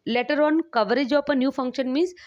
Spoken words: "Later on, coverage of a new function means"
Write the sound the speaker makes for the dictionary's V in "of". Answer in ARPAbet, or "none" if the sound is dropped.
P